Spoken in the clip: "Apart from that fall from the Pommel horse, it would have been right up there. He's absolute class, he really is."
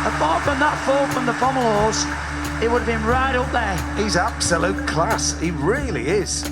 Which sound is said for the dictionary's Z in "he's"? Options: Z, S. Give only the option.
Z